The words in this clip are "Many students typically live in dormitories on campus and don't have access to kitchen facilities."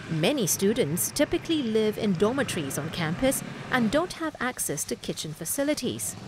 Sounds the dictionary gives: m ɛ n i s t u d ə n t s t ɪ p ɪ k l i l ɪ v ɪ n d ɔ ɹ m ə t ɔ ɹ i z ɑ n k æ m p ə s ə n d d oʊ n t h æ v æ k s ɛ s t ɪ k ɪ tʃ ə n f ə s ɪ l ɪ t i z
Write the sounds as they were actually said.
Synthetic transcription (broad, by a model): m ɛ n i s t u d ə n t s t ɪ p ɪ k l i l ɪ v ɪ n d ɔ m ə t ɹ i z n k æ m p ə s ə n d d oʊ n t h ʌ v æ k s ɛ s t ɪ k ɪ tʃ ə n f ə s ɪ l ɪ t i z